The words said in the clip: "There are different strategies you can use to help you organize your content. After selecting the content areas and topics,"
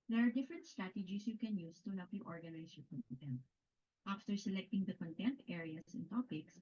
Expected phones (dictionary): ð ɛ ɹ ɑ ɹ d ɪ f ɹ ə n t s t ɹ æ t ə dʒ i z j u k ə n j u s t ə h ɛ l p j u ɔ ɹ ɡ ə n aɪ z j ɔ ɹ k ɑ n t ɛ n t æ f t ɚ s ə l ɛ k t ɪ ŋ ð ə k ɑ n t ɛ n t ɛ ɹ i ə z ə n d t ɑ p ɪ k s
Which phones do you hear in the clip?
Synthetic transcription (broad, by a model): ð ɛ ɹ ɑ ɹ d ɪ f ɹ ə n t s t ɹ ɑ t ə dʒ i s j u k ə n j u s t ə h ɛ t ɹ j ɔ ɹ ɡ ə n aɪ s j ɔ ɹ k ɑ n t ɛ n t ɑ f t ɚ s ə l ɛ k t ɪ ŋ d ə k ɑ n t ɛ n t ɛ ɹ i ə s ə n t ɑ p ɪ k s